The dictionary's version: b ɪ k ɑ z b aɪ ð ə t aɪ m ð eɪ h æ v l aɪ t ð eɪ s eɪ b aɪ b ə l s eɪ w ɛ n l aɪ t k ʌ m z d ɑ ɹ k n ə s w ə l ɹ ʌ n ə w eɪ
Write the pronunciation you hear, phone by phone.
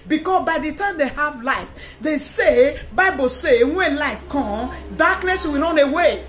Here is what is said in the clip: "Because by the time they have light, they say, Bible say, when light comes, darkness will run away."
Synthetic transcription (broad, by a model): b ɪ k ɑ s b aɪ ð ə t aɪ m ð eɪ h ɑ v l aɪ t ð eɪ s eɪ b aɪ b ə l s eɪ w ɛ n l aɪ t k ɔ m d ɑ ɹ k n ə s w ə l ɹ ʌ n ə w eɪ